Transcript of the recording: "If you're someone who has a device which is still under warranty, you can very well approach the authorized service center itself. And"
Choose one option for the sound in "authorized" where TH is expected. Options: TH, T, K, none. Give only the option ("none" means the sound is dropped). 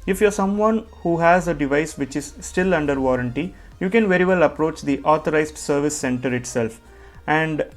T